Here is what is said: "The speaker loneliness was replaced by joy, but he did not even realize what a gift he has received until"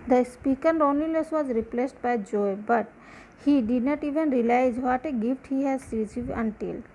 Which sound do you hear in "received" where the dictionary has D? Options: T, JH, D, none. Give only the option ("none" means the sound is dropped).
none